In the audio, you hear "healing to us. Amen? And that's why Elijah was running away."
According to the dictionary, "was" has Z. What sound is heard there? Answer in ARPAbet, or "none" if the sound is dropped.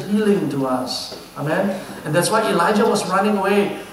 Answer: S